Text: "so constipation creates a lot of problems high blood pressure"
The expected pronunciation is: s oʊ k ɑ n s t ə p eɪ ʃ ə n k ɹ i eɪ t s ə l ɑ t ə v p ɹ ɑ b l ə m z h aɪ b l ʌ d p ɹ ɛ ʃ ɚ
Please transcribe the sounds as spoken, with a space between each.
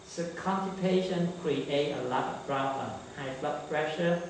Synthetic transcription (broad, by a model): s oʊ k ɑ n t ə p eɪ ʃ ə n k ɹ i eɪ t ə l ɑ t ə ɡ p ɹ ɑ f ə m h aɪ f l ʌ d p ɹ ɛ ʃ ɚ